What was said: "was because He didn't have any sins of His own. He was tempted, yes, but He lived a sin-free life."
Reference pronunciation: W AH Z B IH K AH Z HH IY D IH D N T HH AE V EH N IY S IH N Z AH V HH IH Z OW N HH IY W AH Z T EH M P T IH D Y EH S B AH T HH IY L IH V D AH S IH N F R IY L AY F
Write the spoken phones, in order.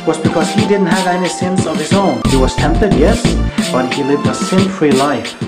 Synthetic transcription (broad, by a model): W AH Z B IH K AH Z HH IY D IH D N T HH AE V EH N IY S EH N S AH V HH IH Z OW N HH IY W AH Z T EH M P T IH D Y EH S B AH T HH IY L IH V D AH S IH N F R IY L AY F